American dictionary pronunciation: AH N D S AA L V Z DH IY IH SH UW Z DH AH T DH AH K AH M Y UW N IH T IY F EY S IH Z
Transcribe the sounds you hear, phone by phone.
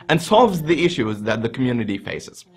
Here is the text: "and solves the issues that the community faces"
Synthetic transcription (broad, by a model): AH N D S AA L V Z DH IY IH SH UW Z DH AH T DH AH K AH M Y UW N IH T IY F EY S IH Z